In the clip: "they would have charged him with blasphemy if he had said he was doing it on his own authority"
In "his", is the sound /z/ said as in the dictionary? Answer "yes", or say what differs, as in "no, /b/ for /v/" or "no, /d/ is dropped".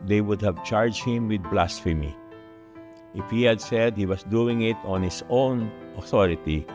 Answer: no, /s/ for /z/